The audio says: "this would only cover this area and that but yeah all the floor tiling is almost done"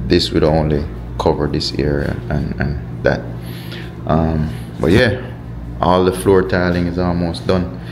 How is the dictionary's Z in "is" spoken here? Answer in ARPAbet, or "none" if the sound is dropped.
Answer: Z